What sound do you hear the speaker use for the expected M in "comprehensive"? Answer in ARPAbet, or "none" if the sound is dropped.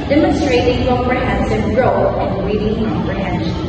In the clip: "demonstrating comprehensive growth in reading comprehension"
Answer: none